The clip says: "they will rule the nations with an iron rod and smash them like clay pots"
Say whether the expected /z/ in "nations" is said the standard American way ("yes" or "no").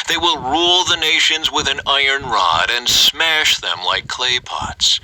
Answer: yes